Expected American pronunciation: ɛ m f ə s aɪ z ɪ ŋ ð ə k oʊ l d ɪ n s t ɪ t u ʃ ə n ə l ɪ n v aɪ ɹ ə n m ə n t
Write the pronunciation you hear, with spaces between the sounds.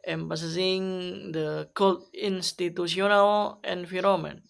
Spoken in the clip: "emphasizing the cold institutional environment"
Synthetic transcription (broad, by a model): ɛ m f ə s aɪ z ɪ ŋ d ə k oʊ l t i n s t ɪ t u s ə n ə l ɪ n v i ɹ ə m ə n